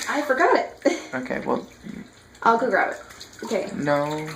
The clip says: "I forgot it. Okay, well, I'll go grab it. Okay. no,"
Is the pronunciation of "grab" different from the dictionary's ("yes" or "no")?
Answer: yes